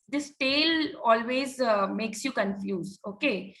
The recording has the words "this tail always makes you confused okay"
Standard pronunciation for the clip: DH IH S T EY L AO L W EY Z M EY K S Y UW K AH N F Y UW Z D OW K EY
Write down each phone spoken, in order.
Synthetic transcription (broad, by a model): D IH S T EY L AO L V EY Z M EY K S Y UW K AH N F Y UW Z OW K EY